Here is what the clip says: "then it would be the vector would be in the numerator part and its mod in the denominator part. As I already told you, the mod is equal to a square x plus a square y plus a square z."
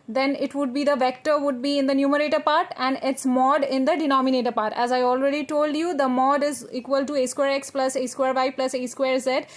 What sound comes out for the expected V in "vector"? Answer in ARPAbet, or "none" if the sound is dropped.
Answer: V